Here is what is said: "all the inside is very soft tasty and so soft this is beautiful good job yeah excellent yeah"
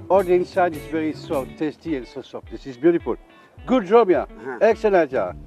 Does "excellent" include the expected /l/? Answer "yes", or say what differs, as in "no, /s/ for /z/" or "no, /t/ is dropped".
no, /n/ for /l/